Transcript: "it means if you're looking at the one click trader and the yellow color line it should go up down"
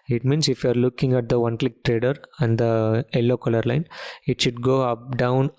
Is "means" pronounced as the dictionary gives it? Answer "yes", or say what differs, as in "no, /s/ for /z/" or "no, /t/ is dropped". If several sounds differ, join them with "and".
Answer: no, /s/ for /z/